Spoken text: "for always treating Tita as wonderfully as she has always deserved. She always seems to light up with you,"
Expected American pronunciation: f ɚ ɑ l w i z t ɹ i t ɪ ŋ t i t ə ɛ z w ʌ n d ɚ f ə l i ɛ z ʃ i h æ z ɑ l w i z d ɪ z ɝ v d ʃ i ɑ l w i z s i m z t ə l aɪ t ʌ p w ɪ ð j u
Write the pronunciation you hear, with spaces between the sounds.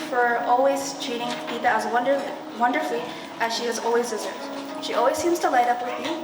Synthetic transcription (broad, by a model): f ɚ ɑ l w i z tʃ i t ɪ ŋ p i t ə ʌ z w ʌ n d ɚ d ə l i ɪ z ʃ i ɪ z ɑ l w i z d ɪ z ɝ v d ʃ i ɑ l w i z s i m z t ə l aɪ t ʌ p w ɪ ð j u